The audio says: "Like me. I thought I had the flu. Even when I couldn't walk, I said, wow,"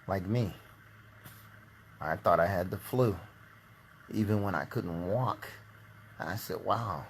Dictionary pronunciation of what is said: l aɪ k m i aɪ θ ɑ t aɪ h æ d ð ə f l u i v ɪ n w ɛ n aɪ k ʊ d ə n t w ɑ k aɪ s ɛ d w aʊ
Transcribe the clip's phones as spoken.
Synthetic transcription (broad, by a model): l aɪ k m i aɪ θ ɑ t aɪ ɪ d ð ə f l u i v ɪ n w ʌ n aɪ k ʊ d n t w ɑ k aɪ s ɛ d w aʊ